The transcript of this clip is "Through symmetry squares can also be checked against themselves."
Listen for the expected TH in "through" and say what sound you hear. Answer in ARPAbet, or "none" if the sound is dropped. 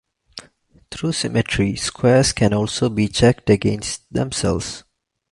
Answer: T